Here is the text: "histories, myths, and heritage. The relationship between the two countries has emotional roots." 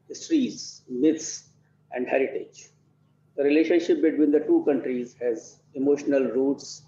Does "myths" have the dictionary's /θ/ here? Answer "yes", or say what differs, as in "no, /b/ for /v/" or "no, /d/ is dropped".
no, /t/ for /θ/